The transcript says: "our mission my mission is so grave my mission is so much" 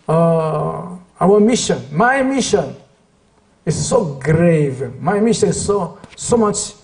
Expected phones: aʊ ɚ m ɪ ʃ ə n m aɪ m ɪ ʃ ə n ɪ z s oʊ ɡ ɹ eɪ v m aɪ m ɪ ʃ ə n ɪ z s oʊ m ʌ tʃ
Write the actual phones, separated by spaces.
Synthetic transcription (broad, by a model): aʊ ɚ m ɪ ʃ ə n m aɪ m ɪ ʃ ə n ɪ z s oʊ ɡ ɹ eɪ v m aɪ m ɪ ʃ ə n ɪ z s oʊ m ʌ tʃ